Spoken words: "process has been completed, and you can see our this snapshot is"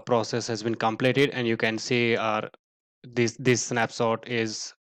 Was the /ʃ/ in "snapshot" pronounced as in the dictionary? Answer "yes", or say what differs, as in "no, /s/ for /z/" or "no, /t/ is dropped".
no, /s/ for /ʃ/